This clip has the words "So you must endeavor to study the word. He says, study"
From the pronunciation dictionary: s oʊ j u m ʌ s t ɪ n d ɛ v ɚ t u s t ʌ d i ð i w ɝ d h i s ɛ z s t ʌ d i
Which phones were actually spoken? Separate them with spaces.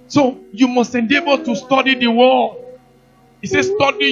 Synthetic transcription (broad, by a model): s oʊ j u m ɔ s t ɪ n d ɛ b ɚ t u s t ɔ d i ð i w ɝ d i s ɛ s t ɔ d i